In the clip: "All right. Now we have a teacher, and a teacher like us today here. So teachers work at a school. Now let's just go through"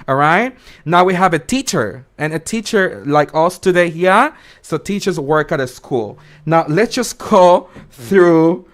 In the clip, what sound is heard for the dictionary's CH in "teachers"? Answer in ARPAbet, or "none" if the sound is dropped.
CH